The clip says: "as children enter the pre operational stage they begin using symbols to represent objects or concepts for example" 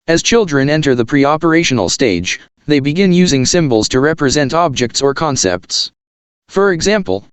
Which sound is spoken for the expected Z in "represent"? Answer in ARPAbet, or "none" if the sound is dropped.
Z